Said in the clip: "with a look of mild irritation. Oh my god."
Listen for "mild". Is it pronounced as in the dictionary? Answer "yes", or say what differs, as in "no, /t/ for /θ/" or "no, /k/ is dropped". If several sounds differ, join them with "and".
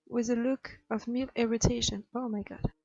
no, /d/ is dropped